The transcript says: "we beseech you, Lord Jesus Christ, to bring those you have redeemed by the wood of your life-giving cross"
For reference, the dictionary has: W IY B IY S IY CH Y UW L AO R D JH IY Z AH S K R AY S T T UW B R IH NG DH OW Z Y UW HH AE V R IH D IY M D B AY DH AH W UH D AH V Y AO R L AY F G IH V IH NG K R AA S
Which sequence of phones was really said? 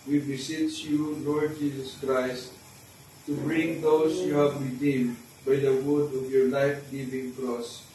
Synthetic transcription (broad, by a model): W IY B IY S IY S Y UW L AO R D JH IY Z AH S K R AY S T T UW B R IH NG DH OW S Y UW HH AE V R IH D IY M D B AY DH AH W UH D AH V Y AO R L AY F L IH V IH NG K R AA S